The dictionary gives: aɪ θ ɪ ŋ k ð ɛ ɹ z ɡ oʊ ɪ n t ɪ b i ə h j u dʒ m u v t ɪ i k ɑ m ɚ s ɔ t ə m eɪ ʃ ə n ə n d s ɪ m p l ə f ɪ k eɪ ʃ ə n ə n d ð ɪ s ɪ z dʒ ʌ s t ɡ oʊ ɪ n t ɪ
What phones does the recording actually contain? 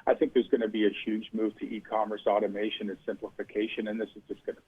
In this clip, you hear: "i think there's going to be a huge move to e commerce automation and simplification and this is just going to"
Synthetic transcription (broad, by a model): aɪ θ ɪ ŋ k ð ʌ ɹ z ɡ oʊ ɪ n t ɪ b i ə h j u dʒ m u v t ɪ i k ɑ m ɚ s ɔ t ə m eɪ ʃ ə n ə n s ɪ m p l ə f ɪ k eɪ ʃ ə n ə n ð ɪ s ɪ z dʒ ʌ s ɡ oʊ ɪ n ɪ